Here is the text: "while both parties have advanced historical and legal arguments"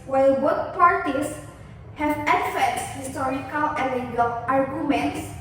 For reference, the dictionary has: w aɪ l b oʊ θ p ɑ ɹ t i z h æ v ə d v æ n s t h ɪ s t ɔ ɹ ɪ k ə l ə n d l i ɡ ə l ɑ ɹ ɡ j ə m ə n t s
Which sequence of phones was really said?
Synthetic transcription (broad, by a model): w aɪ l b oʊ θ p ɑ ɹ t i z h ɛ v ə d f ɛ s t h ɪ s t ɔ ɹ ɪ k ə l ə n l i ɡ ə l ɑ ɹ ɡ j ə m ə n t s